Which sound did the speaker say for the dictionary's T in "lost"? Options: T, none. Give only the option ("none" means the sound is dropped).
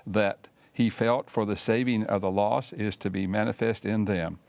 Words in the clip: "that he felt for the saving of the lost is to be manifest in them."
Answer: none